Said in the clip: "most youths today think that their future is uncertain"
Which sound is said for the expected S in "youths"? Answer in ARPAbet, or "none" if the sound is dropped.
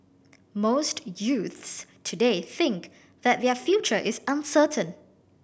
S